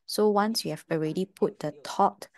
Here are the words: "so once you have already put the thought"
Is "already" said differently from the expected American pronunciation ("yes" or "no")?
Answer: no